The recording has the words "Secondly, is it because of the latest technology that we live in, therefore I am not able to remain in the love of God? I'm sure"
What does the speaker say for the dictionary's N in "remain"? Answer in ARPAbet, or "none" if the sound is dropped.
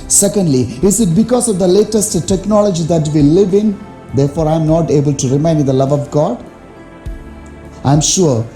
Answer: none